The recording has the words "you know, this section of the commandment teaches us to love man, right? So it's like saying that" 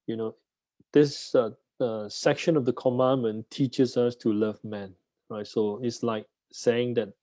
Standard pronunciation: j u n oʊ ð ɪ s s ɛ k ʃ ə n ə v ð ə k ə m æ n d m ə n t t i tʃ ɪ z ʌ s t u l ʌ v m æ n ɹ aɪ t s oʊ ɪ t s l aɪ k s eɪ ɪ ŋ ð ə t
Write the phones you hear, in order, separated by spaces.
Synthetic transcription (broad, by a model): j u n oʊ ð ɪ s s ɛ k ʃ ə n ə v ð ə k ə m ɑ n m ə n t t i tʃ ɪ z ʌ s t u l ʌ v m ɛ n ɹ aɪ t s oʊ ɪ t s l aɪ k s eɪ ɪ ŋ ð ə t